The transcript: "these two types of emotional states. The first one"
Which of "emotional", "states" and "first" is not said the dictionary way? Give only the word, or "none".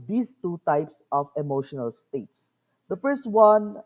none